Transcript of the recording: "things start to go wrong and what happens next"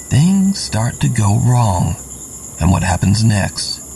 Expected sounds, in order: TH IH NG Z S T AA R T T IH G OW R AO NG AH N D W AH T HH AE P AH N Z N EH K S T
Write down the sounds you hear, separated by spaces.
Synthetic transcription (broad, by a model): TH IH NG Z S T AA R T T IH G OW R AO NG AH N W AH T HH AE P AH N Z N EH K S T